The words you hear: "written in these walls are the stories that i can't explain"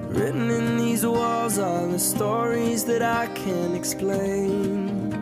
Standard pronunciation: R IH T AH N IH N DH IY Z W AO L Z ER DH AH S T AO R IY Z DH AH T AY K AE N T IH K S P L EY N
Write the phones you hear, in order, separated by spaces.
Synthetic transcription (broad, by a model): R IH T N IH N DH IY Z W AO L Z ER DH AH S T AO R IY Z DH AH T AY K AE N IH K S P L EY N